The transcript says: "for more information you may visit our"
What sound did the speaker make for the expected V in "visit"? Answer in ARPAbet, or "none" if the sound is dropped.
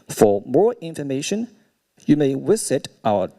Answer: W